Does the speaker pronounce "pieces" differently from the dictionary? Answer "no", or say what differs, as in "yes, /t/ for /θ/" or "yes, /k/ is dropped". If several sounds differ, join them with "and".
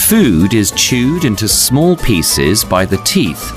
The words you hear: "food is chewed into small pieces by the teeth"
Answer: no